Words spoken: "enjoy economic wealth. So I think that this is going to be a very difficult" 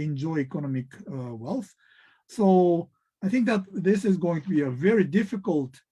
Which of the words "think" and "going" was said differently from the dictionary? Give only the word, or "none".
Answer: none